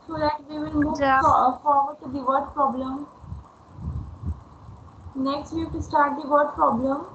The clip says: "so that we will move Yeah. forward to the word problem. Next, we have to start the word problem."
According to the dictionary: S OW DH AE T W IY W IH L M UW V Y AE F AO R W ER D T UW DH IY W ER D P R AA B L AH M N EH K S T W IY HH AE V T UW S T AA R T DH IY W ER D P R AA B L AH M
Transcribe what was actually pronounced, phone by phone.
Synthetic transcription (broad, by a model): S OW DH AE T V IY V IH L M UW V F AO R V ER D T UW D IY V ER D P R AA B L AH M N EH K S T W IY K T UW S T AA R T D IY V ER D P R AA B L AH M